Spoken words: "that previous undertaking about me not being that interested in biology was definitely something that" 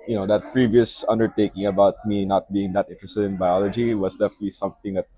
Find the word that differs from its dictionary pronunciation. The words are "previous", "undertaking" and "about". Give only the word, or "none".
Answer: none